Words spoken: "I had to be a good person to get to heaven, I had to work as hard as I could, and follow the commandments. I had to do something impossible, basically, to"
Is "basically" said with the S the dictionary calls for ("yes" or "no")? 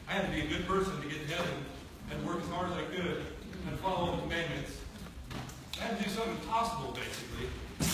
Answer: yes